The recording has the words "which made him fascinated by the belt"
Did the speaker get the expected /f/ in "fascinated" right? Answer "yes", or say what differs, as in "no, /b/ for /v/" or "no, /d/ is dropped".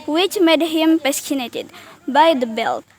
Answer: no, /p/ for /f/